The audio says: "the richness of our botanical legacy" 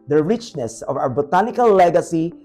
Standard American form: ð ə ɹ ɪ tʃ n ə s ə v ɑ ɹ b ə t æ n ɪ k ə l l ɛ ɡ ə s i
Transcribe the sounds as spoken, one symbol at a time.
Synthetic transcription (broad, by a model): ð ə ɹ ɪ tʃ n ə s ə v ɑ w b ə t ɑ n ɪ k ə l l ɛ ɡ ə s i